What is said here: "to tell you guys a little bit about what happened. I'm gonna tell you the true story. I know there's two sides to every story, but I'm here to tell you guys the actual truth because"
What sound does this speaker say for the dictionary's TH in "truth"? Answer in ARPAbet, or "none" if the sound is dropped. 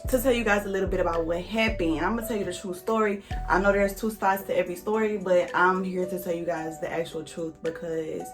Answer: TH